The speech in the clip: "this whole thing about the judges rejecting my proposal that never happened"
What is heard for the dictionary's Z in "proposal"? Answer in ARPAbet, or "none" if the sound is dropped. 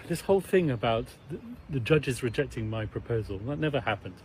Z